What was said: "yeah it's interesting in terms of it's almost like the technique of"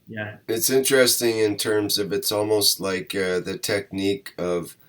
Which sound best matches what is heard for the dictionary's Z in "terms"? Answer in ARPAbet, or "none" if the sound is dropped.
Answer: Z